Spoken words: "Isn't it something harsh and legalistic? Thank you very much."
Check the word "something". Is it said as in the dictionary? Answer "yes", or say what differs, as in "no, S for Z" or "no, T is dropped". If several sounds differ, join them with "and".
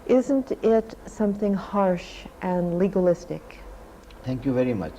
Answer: yes